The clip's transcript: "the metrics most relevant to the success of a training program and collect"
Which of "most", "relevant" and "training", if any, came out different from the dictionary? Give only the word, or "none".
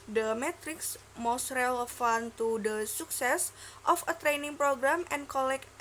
relevant